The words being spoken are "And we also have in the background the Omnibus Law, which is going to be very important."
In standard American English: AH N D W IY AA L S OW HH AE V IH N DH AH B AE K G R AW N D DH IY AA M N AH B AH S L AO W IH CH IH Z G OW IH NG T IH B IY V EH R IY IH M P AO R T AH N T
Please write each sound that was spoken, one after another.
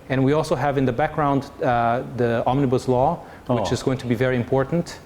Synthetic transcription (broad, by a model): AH N W IY AA L S OW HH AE V IH N DH AH B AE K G R AW N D DH IY AA M N AH B AH S L AO W IH CH IH Z G OW IH NG T IH B IY V EH R IY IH M P AO R T N T